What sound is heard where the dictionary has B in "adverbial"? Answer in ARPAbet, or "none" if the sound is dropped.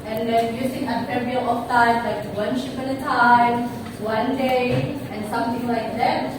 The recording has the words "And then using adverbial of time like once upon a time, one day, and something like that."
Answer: none